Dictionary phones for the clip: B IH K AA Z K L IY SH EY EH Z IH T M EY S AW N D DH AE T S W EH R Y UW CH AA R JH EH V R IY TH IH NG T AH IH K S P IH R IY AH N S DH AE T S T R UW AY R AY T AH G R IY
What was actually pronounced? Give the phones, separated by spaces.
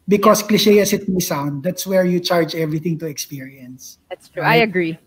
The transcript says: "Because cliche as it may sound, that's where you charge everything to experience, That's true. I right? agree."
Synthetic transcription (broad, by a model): B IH K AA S K L IY SH EY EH S IH T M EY S AW N D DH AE T S W EH R Y UW CH AA R JH EH V R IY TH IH NG T AH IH K S P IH R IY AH N S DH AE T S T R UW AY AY AH G R IY